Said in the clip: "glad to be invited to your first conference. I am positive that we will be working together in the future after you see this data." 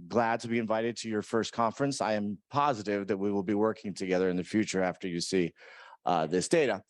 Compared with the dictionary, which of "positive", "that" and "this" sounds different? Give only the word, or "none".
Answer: none